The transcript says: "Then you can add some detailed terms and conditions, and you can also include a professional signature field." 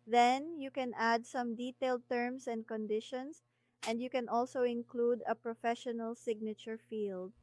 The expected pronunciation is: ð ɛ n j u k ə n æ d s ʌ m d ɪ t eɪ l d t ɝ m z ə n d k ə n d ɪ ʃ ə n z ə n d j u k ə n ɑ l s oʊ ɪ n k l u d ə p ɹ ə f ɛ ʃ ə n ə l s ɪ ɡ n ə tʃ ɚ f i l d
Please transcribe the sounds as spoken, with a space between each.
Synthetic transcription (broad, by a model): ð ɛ n j u k ə n æ d s ʌ m d ɪ t eɪ l d t ɝ m s ə n d k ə n d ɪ ʃ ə n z ə n d j u k ə n ɑ l s oʊ ɪ n k l u d ə p ɹ ə f ɛ ʃ ə n ə l s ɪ ɡ n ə tʃ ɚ f i l d